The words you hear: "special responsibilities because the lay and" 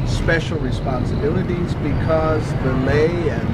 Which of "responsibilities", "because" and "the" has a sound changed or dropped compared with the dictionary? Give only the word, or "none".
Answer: none